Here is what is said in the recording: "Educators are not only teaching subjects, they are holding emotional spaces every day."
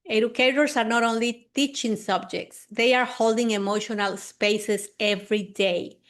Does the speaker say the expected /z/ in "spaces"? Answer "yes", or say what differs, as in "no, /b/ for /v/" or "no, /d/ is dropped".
no, /s/ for /z/